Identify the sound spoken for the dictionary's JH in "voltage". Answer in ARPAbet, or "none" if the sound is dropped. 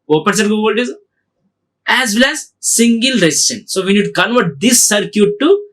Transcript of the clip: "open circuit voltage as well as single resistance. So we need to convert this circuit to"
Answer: Z